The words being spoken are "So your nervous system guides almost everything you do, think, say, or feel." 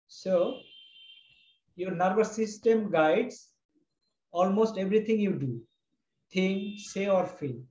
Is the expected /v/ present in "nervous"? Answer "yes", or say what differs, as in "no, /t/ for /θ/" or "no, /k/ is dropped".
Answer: no, /b/ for /v/